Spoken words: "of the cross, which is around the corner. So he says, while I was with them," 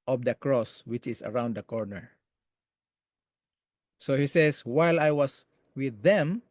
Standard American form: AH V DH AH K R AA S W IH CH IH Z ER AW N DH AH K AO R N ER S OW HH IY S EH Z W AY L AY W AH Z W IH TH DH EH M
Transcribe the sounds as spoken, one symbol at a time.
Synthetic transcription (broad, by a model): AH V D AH K R AA S W IH CH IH S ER AW N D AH K AO R N ER S OW HH IY S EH S W AY L AY W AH S W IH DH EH M